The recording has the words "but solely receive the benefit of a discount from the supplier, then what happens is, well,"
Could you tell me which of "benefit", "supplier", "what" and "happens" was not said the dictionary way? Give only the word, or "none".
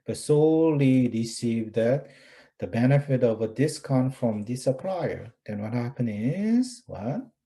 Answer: happens